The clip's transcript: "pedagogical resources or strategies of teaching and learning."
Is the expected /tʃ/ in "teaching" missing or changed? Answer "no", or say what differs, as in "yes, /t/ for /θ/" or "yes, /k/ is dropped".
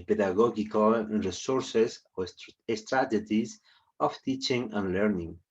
no